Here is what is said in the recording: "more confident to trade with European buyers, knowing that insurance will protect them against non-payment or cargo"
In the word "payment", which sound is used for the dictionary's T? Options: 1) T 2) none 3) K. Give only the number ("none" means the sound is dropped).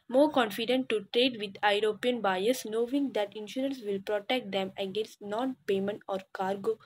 1